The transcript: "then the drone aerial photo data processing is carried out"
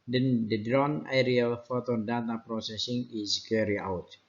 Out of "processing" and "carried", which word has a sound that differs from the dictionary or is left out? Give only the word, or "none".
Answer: carried